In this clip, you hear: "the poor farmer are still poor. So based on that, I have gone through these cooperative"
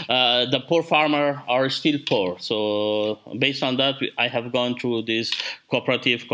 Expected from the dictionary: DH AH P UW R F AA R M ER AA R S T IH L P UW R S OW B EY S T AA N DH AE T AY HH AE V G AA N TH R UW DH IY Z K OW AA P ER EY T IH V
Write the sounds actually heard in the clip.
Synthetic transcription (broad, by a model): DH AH P UW R F AA R M ER AA R S T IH L P UW R S OW B EY S T AA N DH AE T AY HH AE V G AA N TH R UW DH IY S K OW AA P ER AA T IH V